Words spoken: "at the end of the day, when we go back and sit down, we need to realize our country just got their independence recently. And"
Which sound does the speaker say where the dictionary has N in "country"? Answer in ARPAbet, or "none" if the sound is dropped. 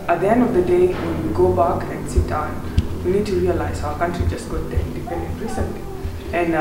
N